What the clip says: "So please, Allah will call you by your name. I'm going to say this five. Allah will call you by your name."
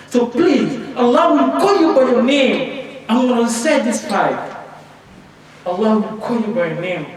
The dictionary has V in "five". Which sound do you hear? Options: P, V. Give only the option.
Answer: P